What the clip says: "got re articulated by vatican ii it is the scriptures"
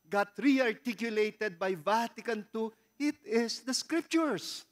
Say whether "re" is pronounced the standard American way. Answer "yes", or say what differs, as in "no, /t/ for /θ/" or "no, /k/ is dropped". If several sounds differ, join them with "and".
yes